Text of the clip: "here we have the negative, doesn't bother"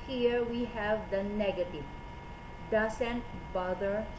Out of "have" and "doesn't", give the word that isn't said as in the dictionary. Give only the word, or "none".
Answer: doesn't